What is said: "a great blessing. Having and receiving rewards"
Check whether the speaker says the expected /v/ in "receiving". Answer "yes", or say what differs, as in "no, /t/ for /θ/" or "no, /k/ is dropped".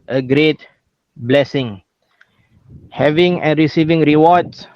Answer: yes